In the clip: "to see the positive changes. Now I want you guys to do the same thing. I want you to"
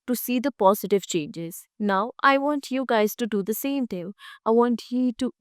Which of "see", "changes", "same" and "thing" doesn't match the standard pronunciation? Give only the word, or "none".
thing